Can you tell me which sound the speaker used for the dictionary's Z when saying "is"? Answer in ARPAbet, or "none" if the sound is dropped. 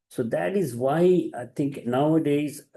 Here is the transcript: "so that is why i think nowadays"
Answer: Z